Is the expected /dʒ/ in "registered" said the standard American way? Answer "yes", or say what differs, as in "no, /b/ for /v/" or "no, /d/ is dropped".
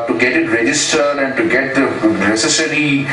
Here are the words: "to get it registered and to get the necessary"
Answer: yes